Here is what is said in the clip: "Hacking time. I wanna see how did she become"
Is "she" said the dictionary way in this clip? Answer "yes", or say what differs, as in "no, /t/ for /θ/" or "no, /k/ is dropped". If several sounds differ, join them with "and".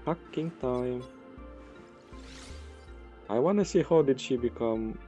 yes